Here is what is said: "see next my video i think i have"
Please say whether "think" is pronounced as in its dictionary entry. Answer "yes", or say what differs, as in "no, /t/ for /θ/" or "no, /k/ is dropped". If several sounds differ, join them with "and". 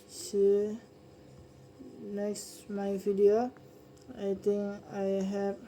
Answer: no, /t/ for /θ/